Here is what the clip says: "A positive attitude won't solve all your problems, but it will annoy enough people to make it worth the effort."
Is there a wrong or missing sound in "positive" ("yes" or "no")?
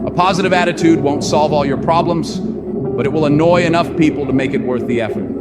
no